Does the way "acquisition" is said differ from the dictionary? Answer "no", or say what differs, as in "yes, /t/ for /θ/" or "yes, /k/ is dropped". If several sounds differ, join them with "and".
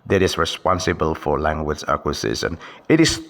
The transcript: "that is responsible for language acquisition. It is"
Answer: yes, /s/ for /z/ and /s/ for /ʃ/